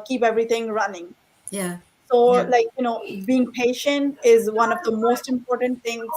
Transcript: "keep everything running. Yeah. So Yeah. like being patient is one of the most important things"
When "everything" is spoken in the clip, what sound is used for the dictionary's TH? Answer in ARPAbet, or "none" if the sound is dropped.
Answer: T